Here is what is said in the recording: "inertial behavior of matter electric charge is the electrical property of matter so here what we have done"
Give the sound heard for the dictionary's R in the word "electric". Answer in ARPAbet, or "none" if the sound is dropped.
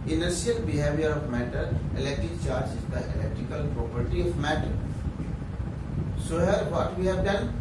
R